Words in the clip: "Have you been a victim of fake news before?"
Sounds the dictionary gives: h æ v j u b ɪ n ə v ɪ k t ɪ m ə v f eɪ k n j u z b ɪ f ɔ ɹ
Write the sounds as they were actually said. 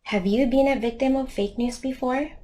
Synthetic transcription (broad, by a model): h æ v j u b ɪ n ə v ɪ k t ɪ m ə v f eɪ k n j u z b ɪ f ɔ ɹ